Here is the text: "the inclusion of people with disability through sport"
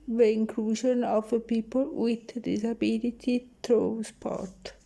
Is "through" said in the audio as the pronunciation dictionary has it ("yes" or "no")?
no